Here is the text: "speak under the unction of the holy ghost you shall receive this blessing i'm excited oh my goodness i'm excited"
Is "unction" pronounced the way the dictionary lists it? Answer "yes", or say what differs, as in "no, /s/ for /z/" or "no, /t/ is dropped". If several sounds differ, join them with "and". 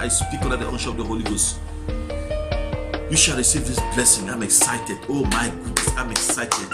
no, /n/ is dropped